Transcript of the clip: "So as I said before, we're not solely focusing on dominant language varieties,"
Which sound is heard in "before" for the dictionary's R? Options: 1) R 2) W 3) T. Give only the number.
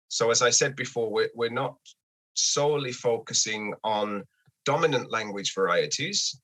2